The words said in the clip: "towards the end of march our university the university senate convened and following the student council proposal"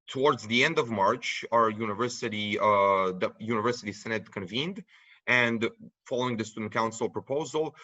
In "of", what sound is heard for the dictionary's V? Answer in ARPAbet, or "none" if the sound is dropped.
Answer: V